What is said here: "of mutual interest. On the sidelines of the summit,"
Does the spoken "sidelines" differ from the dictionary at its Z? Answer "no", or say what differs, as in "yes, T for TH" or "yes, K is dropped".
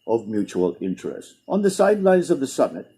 no